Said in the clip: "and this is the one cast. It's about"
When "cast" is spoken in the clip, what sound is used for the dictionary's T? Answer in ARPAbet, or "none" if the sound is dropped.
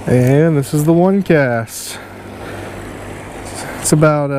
T